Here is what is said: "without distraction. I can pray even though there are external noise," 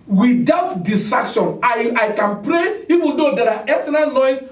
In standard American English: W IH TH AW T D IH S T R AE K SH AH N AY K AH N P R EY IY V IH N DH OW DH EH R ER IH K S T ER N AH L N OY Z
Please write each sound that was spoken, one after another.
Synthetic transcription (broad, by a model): W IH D AW T D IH S T R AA K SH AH N AY K AH N P R EY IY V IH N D OW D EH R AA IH S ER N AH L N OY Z